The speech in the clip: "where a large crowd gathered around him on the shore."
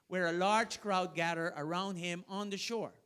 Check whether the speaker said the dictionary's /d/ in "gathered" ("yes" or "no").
no